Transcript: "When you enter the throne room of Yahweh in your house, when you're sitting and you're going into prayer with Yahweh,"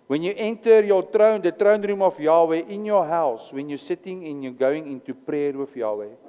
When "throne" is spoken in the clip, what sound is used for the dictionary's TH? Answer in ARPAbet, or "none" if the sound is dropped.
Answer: T